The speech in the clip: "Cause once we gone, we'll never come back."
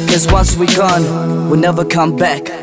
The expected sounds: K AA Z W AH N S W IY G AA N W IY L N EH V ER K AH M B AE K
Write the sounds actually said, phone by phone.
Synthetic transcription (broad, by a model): K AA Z W AH N S W IY G AA N W IY L N EH V ER K AH M B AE K